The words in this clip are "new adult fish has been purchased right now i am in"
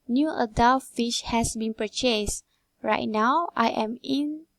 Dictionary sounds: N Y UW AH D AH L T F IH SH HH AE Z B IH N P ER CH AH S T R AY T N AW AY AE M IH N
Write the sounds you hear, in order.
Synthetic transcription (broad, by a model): N Y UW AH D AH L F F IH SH HH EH S B IH N P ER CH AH S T R AY T N AW AY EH M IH N